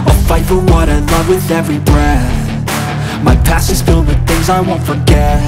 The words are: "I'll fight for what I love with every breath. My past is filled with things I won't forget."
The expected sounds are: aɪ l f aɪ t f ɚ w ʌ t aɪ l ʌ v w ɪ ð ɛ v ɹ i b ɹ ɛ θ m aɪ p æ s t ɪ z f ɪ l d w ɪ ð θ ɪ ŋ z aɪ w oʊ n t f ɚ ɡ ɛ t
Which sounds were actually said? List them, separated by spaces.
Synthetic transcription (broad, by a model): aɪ f aɪ t f ɚ w ʌ t aɪ l ʌ v w ɪ ð ɛ v ɹ i b ɹ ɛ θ m aɪ p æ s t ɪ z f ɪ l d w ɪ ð θ ɪ ŋ z aɪ w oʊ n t f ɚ ɡ ɛ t